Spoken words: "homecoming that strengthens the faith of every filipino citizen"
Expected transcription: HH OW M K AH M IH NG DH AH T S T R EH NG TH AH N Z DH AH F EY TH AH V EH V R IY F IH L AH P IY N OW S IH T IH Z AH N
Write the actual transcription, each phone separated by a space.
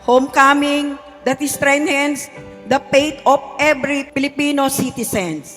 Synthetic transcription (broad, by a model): HH OW M K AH M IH NG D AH T S T R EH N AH N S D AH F EY T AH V EH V R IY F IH L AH P IY N OW S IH T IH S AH N